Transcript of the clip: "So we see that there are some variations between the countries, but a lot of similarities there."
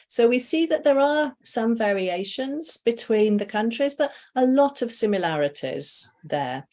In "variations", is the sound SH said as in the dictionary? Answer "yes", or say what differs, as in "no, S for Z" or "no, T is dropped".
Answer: yes